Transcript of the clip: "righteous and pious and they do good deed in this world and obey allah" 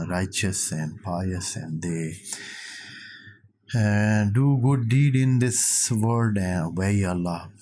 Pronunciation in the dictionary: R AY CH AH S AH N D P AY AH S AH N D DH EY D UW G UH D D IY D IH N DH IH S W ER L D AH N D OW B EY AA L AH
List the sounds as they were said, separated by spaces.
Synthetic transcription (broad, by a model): R AY CH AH S AH N D P AY AH S AH N D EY D UW G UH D D IY D IH N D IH S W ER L D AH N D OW EY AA L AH